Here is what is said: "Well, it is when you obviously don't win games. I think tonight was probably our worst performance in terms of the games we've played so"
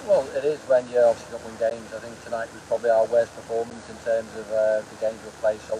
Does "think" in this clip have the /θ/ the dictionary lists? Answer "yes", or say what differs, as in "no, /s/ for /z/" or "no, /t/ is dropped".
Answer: yes